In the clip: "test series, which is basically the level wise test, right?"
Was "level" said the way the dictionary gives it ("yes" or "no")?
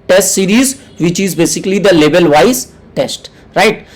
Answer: no